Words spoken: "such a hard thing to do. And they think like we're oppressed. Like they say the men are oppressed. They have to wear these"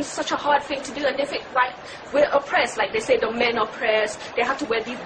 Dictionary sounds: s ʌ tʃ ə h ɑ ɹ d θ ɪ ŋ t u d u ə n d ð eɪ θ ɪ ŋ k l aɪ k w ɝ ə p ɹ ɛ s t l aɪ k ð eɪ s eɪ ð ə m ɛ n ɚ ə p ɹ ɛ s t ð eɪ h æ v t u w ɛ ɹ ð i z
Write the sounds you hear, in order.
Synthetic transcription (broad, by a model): s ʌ tʃ ə h ɑ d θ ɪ ŋ t u d u ə n d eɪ f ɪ k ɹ aɪ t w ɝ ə p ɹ ɛ s l aɪ k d eɪ s eɪ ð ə m ɛ n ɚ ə p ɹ ɛ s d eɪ h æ f t u w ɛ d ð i